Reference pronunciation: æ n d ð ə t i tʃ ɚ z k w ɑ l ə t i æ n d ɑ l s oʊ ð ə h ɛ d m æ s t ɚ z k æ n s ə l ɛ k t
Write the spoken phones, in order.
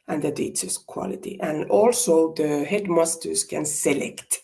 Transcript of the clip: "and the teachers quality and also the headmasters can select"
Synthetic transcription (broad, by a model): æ n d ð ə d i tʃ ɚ s k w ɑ l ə t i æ n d ɑ l s oʊ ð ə h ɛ d m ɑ s t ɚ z k æ n s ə l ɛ k t